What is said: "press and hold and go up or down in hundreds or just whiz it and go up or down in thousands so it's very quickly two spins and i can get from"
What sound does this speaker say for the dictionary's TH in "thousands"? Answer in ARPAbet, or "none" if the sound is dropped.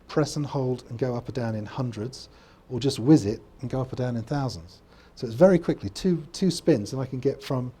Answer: TH